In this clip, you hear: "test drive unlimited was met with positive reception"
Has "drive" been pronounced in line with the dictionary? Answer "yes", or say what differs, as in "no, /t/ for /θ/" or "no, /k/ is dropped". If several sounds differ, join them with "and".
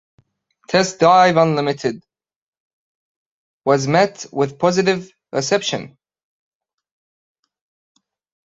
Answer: no, /ɹ/ is dropped